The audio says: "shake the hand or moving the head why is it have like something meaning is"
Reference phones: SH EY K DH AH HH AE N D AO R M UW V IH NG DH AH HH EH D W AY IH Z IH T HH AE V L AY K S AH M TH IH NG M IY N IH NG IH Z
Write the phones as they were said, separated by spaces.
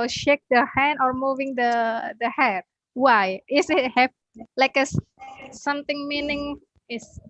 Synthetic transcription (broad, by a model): SH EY K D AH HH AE N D AO R M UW V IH NG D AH HH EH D W AY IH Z IH T HH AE P L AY K S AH M T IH NG M IY N IH NG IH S